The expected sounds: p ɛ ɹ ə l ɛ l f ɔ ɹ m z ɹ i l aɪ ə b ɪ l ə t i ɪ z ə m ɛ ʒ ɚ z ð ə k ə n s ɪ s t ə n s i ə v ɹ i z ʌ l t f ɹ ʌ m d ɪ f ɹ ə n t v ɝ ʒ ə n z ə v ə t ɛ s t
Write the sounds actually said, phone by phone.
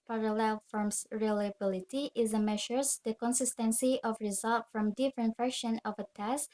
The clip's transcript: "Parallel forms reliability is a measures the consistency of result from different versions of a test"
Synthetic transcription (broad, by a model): p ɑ ɹ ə l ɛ l f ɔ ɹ m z ɹ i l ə b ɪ l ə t i ɪ z ə m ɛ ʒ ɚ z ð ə k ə n s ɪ s t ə n s i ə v ɹ i z ʌ l t f ɹ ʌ m d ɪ f ɹ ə n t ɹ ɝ ʃ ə n ə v ə t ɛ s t